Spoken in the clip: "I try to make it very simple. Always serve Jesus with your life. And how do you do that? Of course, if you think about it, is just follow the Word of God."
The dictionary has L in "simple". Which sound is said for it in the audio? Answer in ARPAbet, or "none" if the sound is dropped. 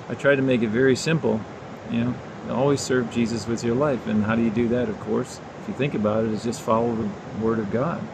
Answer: N